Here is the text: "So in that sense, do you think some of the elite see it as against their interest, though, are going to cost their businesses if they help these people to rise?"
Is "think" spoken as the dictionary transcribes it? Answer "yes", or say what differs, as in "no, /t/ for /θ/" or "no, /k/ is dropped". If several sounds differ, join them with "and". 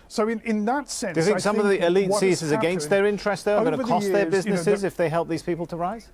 no, /ŋ/ is dropped